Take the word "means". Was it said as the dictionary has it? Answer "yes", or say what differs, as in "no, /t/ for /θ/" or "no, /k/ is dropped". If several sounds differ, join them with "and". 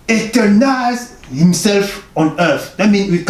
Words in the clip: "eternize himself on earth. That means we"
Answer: no, /z/ is dropped